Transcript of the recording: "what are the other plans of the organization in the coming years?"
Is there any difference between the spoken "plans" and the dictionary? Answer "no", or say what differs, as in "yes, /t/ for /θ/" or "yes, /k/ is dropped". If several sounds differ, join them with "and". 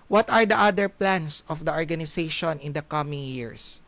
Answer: yes, /s/ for /z/